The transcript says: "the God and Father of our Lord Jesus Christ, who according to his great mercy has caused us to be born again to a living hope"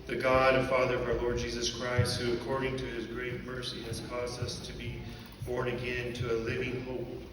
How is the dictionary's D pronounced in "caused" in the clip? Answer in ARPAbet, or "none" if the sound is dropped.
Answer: D